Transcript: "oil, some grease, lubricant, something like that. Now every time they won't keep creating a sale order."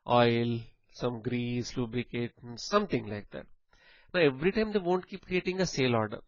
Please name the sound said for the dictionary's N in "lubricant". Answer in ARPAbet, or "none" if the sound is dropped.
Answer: none